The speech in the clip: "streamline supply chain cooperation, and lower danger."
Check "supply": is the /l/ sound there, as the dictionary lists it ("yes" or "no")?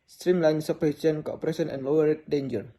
no